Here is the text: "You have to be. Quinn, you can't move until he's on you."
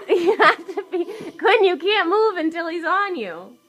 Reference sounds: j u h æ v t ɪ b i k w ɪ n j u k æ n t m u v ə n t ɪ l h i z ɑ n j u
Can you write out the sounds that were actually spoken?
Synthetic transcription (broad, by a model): j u h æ f t ɪ b i k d n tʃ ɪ k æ n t m u v ə n t ɪ l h i z n j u